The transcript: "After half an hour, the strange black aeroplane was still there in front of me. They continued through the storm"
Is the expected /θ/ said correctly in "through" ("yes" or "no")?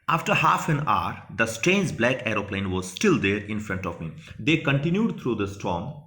no